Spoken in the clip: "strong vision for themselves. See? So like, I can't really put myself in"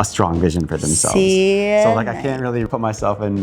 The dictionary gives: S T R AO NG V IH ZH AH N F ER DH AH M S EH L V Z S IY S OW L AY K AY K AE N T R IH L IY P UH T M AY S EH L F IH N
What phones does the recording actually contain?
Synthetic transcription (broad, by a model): S T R AO NG V IH ZH AH N F ER DH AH M S EH L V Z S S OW L AY K AY K AE N T R IH L IY P UH T M AY S EH L F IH N